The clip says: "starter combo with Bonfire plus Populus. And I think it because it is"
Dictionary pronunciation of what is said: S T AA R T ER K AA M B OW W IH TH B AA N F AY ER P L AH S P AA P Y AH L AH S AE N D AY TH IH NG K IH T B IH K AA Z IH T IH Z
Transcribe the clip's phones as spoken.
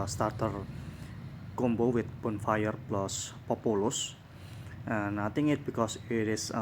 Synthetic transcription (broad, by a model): S T AA R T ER K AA M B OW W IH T B AA N F AY ER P L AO S P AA P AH L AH S N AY T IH NG IH T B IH K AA S IH T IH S